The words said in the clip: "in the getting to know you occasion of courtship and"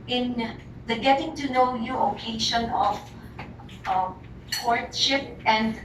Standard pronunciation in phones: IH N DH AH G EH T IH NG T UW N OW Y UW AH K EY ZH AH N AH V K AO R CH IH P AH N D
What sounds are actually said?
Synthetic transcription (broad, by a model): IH N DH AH G EH T IH NG T UW N OW Y UW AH K EY SH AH N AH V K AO R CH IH P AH N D